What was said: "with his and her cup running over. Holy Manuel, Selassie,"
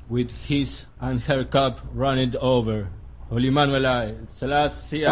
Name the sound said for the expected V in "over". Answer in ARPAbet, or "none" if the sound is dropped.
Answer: V